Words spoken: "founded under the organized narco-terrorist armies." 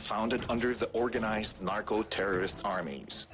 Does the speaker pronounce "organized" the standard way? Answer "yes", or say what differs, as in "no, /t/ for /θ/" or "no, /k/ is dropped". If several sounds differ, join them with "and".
yes